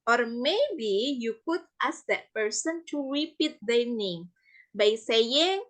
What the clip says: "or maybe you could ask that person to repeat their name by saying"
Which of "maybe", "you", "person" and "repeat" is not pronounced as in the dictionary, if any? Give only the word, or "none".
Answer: none